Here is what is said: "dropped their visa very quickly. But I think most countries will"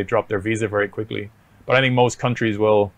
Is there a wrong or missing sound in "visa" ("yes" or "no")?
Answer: no